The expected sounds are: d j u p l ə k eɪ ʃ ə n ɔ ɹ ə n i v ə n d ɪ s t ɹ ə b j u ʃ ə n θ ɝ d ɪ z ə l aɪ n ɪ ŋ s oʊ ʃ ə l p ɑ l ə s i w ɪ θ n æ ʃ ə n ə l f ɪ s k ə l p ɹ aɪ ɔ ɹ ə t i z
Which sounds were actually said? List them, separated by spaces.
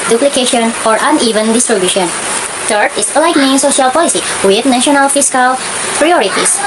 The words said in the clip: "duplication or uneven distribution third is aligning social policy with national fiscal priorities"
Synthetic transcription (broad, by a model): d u p l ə k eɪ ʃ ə n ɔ ɹ ə n i v ə n d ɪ s t ɹ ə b j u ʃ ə n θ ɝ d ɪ s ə l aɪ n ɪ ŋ s oʊ ʃ ə l p ɑ l ə s i w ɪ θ n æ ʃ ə n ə l f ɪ s k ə l p ɹ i ɔ ɹ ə t i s